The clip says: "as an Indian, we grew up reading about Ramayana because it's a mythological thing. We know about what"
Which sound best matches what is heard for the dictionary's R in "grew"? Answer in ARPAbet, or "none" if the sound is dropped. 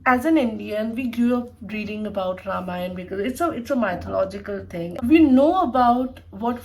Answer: none